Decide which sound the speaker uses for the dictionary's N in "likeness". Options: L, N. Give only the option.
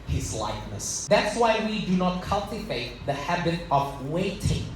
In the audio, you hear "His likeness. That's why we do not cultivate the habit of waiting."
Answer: N